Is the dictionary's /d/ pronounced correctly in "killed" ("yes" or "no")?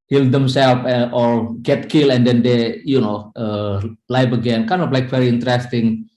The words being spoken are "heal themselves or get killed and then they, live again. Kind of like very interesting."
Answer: no